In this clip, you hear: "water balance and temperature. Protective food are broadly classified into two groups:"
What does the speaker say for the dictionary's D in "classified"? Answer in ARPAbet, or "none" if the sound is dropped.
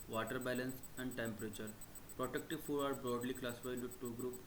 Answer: none